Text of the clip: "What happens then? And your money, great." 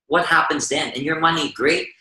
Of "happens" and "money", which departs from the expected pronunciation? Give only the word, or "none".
none